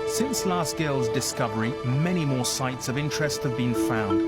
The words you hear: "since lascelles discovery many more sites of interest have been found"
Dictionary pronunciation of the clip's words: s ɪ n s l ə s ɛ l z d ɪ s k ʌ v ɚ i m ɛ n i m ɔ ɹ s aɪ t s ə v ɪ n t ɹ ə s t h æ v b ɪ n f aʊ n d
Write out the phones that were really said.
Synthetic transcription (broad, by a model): s ɪ n s l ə s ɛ l z d ɪ s k ʌ v ɚ i m ɛ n i m ɔ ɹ s aɪ t s ə v ɪ n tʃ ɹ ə s t h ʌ v b ɪ n f aʊ n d